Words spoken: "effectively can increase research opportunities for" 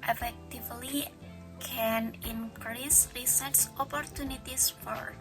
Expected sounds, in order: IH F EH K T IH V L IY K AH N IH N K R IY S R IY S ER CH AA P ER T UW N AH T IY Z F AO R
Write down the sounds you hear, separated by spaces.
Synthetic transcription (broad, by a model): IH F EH K T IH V L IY K AH N IH N K R IY S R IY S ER S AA P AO T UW N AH T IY S F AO R